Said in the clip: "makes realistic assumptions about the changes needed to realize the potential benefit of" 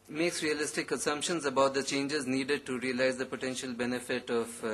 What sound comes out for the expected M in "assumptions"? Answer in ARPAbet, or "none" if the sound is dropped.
M